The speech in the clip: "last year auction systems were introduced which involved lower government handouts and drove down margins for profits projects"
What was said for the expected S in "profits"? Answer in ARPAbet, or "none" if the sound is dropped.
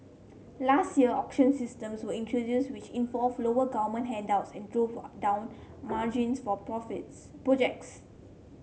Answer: none